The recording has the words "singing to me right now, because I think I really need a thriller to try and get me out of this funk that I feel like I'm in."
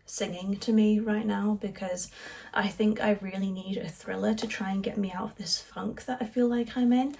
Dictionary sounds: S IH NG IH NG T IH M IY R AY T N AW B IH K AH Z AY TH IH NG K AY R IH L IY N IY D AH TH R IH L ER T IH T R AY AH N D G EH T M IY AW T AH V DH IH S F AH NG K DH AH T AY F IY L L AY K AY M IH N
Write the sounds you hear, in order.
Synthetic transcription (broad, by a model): S IH NG IH NG T IH M IY R AY T N AW B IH K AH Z AY TH IH NG K AY R IH L IY N IY D AH TH R IH L ER T IH T R AY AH N G EH T M IY AW T AH V DH IH S F AH NG K DH AH T AY F IY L L AY K AY M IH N